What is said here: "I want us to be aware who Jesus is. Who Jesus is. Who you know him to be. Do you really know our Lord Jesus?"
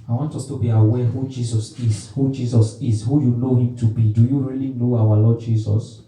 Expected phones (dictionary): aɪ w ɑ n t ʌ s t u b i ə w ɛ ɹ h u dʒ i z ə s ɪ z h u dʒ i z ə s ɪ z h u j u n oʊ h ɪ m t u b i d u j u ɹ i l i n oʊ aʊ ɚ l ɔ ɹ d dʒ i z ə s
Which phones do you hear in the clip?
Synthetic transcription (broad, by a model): aɪ w ɑ n t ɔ s t u b i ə w ɛ h u dʒ i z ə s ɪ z h u dʒ i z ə s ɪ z h u j u n oʊ h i m t u b i d u j u ɹ i l i n oʊ aʊ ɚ l ɔ d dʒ i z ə s